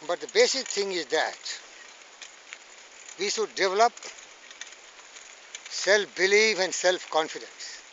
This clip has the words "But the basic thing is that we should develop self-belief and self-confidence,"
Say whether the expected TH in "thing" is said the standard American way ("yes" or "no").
no